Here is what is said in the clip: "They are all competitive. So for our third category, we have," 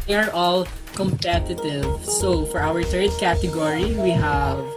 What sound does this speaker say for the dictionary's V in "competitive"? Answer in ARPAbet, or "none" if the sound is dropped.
V